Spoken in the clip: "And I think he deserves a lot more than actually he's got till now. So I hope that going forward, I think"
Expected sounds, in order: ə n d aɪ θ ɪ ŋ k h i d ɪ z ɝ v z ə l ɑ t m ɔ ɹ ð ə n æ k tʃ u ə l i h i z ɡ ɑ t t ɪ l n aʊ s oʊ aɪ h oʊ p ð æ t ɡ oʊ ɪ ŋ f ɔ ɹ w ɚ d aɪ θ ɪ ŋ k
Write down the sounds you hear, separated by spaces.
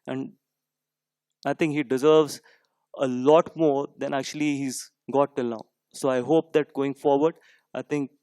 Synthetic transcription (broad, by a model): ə n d aɪ t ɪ ŋ k h i d ɪ z ɝ v z ə l ɑ t m ɔ ɹ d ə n æ k tʃ u ə l i h i z ɡ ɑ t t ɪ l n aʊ s oʊ aɪ h oʊ p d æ t ɡ oʊ ɪ ŋ f ɔ ɹ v ɚ d aɪ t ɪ ŋ k